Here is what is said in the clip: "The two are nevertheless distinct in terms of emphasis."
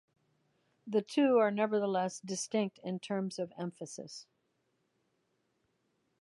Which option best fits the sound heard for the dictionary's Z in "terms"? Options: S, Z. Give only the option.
Z